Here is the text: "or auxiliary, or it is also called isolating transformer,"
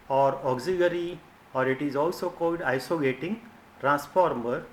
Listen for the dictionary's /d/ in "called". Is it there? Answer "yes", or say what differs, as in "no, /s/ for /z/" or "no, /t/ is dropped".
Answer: yes